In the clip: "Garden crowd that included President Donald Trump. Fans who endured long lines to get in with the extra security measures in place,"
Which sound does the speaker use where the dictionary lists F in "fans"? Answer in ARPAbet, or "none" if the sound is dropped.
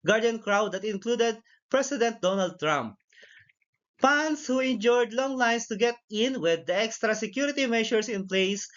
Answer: P